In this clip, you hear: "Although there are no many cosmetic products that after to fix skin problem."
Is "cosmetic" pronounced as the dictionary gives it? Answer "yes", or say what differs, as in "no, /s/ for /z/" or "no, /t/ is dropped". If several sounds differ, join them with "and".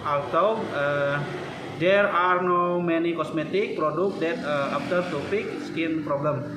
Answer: no, /s/ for /z/